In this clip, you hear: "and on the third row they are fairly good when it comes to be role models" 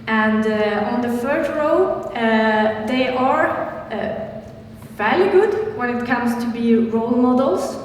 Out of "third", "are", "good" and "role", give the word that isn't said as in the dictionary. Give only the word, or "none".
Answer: third